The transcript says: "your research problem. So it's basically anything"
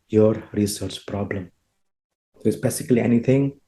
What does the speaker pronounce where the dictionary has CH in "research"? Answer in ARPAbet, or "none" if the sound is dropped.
CH